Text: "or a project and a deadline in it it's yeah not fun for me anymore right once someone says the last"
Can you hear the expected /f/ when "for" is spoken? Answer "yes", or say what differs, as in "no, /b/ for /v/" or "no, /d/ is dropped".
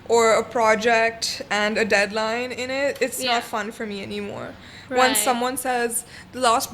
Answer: yes